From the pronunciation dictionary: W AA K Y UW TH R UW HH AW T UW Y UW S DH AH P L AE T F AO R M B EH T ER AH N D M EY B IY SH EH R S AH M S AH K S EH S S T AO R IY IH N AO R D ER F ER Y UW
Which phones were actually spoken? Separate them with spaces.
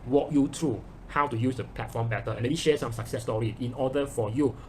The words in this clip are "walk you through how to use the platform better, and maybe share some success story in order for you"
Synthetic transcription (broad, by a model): W AA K Y UW T R UW HH AW T UW Y UW S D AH P L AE T F AO M B EH T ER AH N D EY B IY SH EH S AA M S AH K S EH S S T AO R IY IH N AO D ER F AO Y UW